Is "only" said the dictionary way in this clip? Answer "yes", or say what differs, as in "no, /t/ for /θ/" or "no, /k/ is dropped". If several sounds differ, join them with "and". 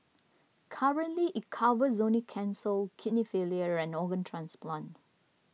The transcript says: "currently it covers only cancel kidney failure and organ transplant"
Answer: no, /l/ is dropped